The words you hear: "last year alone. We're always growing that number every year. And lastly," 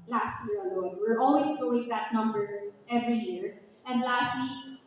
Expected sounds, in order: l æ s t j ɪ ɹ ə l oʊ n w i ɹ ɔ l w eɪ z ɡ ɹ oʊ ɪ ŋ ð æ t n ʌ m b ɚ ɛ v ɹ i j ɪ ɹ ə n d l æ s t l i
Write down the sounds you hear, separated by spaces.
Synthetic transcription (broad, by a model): l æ s t j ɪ ɹ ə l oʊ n w i ɹ ɔ l w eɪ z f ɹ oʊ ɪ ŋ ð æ t n ʌ m b ɚ ɛ v ɹ i j ɪ ɹ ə n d l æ s t l i